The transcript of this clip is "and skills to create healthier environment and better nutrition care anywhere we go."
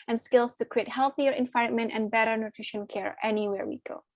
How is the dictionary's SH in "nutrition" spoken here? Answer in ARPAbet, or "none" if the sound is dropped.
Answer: SH